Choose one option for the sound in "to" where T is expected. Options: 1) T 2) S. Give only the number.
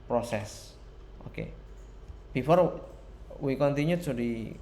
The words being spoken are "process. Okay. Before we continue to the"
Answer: 2